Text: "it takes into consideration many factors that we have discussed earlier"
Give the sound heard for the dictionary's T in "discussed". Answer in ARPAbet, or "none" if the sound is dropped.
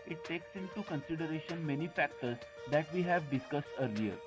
T